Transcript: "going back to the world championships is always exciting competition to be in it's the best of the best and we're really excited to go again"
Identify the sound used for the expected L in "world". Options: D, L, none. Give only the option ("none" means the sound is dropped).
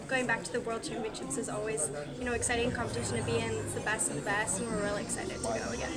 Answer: L